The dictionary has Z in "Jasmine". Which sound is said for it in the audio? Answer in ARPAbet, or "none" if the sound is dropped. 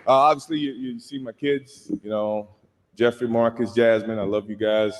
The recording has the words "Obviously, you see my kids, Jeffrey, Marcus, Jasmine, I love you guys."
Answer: Z